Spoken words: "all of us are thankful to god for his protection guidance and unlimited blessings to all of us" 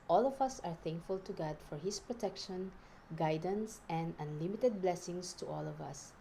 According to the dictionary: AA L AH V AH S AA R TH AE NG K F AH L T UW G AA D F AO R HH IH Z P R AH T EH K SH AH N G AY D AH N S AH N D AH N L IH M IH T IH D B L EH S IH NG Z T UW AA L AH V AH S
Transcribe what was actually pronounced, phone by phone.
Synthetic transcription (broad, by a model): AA L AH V AH S AA R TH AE NG K F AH L T UW G AA D F AO R HH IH S P R AH T EH K SH AH N G AY D AH N S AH N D AH N L IH M IH T IH D B L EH S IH NG S T UW AA L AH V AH S